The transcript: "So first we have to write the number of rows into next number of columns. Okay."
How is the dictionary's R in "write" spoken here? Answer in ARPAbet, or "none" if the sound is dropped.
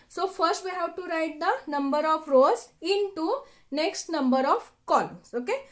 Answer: R